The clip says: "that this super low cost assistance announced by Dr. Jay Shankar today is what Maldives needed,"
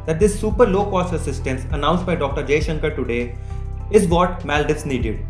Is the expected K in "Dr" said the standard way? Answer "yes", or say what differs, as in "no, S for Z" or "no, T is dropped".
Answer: yes